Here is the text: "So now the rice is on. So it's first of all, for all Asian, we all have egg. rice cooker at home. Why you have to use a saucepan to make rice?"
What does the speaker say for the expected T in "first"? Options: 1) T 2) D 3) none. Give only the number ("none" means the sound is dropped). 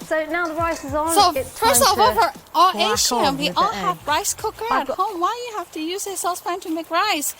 3